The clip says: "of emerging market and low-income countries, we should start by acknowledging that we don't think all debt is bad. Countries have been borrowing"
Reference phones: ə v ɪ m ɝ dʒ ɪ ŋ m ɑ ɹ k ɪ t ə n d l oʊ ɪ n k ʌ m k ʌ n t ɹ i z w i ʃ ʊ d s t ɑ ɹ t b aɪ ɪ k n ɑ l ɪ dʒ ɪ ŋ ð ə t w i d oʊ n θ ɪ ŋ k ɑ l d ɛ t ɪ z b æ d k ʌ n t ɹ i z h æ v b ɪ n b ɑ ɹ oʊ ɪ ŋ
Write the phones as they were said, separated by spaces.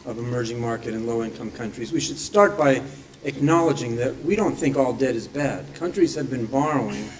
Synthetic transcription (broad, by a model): ə v ɪ m ɝ dʒ ɪ ŋ m ɑ ɹ k ɪ t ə n l oʊ ɪ n k ʌ m k ʌ n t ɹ i z w i ʃ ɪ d s t ɑ ɹ t b aɪ ɪ k n ɑ l ɪ dʒ ɪ ŋ ð ə t w i d oʊ n θ ɪ ŋ k ɑ l d ɛ t ɪ z b æ d k ʌ n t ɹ i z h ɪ v b ɪ n b ɑ ɹ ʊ ɪ ŋ